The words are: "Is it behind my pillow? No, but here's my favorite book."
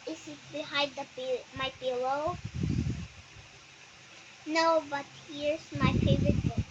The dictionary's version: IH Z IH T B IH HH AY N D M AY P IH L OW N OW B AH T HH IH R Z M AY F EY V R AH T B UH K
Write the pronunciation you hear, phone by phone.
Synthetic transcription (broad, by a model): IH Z IH T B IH HH AY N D M AY B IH L OW N OW B AH T HH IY R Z M AY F EY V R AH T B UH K